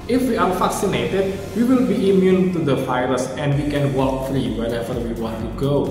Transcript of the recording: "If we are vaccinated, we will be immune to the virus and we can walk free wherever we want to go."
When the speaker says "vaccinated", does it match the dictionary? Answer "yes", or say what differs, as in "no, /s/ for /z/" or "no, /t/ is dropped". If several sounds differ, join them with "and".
no, /f/ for /v/